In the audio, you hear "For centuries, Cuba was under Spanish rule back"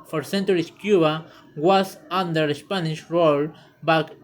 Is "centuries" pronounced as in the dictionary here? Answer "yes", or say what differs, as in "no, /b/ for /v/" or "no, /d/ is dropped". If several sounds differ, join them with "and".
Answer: no, /s/ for /z/